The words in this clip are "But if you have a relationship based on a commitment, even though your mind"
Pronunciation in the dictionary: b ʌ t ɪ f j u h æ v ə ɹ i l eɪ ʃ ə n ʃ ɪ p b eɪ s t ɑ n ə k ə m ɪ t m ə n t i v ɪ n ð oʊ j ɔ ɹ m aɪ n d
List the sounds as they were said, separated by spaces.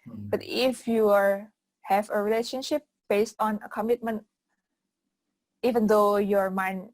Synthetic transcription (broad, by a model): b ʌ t ɪ f j u h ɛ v ə ɹ i l eɪ ʃ ə n ʃ ɪ p b eɪ s t ɑ n ə k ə m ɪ t m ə n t i v ɪ n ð oʊ j ɔ ɹ m aɪ n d